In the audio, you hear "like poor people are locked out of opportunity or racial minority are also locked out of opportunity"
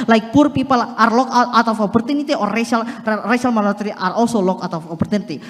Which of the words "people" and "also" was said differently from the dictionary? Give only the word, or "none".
also